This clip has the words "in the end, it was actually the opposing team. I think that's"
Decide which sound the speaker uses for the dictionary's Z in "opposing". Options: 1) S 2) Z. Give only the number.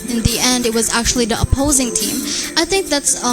2